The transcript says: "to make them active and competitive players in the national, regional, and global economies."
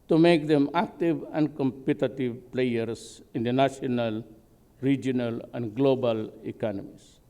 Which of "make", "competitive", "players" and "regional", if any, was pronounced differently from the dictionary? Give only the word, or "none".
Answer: players